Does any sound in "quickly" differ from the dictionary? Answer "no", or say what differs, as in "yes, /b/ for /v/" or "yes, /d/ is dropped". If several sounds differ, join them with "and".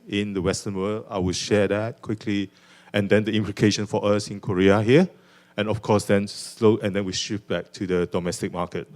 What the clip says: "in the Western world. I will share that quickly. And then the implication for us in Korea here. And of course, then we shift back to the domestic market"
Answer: no